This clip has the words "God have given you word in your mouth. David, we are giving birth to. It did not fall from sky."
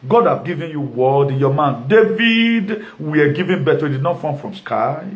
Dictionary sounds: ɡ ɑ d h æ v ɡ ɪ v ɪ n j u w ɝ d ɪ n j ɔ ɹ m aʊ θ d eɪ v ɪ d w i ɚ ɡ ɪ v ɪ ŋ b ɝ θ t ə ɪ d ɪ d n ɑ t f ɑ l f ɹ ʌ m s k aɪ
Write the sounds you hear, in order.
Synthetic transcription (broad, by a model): ɡ ɑ d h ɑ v ɡ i v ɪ n j u w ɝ d ɪ n j ɔ m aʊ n d eɪ v ɪ d w i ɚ ɡ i v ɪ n b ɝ t ə ɪ d ɪ d n ɑ t f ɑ n f ɹ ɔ m s k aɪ